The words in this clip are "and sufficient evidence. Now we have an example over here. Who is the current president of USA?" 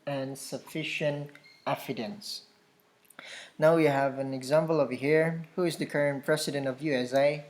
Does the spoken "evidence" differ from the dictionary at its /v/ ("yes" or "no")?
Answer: yes